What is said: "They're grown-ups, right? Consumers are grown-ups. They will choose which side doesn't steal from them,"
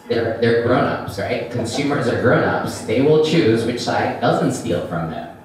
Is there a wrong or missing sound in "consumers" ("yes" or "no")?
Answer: no